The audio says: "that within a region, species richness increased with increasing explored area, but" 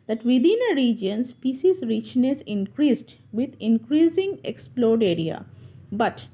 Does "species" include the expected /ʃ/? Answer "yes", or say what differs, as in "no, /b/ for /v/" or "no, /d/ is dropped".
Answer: no, /s/ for /ʃ/